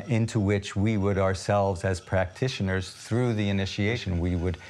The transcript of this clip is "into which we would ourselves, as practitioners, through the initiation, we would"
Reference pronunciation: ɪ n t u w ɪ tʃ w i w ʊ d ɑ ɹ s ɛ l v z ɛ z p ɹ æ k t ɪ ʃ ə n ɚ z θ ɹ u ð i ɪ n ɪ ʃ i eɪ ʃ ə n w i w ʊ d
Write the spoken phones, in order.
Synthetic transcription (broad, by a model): ɪ n t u w ɪ tʃ w i w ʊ d ɑ ɹ s ɛ l v z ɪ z p ɹ æ k t ɪ ʃ ə n ɚ z θ ɹ u ð i ɪ n ɪ ʃ i eɪ ʃ ə n w i w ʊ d